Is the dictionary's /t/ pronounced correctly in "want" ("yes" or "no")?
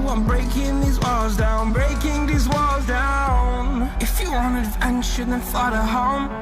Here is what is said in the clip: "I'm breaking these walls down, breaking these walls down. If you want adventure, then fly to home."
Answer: no